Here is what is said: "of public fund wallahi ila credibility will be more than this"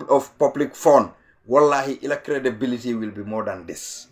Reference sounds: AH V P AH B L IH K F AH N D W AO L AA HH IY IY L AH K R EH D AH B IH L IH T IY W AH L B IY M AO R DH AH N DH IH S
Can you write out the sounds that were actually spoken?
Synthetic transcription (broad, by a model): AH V P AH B L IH K F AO N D W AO L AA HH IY IY L AH K R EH D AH B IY L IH T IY W AH L B IY M AO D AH N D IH S